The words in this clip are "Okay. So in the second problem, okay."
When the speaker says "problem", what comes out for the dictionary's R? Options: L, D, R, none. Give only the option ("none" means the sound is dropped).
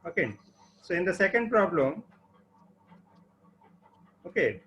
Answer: R